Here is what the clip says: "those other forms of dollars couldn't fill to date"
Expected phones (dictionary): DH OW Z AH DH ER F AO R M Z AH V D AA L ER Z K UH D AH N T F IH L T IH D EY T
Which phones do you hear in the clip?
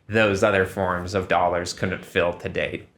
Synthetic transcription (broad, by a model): DH OW Z AH DH ER F AO R M Z AH V D AA L ER Z K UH D N T F IH L T IH D EY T